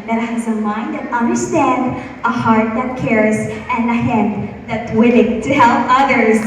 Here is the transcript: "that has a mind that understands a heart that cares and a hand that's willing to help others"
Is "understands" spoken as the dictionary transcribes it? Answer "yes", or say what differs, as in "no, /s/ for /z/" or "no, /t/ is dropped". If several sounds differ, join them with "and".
no, /z/ is dropped